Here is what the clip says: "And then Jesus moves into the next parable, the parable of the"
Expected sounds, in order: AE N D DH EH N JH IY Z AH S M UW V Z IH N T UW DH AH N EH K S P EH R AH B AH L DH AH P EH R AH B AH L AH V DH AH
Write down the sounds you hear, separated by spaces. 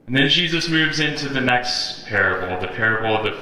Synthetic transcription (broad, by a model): N DH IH N JH IY Z AH S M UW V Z IH N T UW DH AH N EH K S P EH R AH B L DH AH P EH R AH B L AH V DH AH